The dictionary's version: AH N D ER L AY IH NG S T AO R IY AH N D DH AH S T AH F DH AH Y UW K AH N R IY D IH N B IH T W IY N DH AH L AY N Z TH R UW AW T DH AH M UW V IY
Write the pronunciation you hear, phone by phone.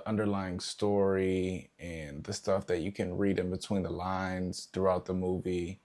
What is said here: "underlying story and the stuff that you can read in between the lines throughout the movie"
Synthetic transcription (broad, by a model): AH N D ER L AY IH NG S T AO R IY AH N DH AH S T AH F DH AH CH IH K AH N R IY D IH N B IH T W IY N DH AH L AY N Z TH R UW AW T DH AH M UW V IY